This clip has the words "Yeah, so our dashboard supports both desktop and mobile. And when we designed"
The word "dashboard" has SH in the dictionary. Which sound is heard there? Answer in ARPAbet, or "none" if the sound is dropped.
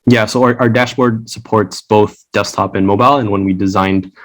SH